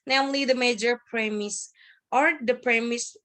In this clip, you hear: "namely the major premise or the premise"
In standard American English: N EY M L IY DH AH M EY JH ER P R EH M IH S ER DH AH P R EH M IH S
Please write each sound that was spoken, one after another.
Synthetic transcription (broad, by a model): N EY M L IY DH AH M EY JH ER P R EH M IH S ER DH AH P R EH M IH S